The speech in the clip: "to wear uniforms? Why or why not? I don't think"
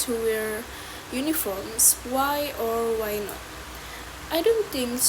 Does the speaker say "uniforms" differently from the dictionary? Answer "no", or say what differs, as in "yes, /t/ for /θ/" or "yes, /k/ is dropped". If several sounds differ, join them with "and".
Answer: yes, /s/ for /z/